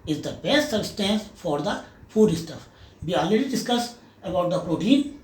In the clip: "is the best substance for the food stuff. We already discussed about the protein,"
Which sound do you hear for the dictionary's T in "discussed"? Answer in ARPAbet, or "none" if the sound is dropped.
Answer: none